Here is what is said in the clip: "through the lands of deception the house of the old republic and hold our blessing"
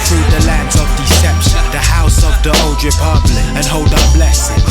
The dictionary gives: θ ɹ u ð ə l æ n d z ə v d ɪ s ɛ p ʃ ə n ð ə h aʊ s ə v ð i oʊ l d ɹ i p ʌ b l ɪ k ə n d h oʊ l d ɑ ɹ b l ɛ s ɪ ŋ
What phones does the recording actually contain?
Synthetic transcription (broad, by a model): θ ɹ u ð ə l æ n d z ə v d ɪ s ɛ p ʃ ə n ð ə h aʊ s ə v ð i oʊ l d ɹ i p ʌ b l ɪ ə n h oʊ l d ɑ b l ɛ s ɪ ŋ